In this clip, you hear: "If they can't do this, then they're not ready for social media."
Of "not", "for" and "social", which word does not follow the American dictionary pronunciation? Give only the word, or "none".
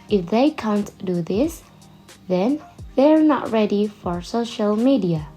none